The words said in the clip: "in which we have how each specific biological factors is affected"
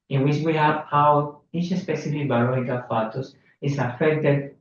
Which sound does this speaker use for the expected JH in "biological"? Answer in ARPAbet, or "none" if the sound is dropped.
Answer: none